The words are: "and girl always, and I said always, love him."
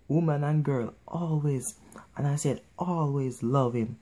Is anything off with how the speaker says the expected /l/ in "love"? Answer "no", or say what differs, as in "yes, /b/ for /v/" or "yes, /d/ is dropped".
no